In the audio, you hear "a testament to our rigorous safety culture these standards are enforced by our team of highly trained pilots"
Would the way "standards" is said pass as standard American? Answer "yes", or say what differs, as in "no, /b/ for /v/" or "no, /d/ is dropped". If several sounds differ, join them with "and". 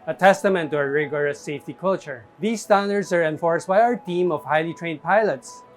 no, /s/ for /z/